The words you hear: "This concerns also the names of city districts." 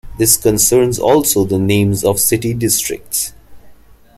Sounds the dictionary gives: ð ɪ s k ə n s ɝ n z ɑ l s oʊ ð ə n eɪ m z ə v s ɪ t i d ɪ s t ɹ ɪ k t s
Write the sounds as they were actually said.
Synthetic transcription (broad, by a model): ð ɪ s k ə n s ɝ n z ɑ l s oʊ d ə n eɪ m z ə v s ɪ t i d ɪ s t ɹ ɪ k t s